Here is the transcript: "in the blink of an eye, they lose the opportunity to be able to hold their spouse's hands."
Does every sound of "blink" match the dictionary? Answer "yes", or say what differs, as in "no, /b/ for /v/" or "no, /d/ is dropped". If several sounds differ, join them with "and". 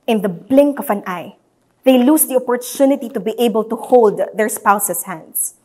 yes